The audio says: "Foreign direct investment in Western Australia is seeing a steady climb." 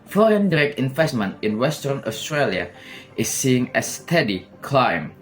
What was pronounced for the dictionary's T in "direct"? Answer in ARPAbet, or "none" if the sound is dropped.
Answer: none